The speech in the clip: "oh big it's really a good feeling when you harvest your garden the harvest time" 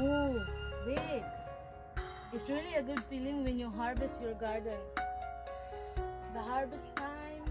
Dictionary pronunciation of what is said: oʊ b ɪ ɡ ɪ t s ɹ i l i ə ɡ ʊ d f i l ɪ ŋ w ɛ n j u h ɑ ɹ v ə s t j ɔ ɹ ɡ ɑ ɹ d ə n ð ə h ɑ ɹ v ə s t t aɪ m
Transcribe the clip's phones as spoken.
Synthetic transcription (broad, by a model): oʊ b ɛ ɪ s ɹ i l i ə ɡ ʊ d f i l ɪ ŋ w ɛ n j u h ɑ ɹ b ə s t j ɔ ɹ ɡ ɑ ɹ d ə n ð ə h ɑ ɹ b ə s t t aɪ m